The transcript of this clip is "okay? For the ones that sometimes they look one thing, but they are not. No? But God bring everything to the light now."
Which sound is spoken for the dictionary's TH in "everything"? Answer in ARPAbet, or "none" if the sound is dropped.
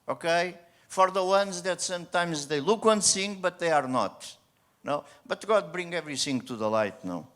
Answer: S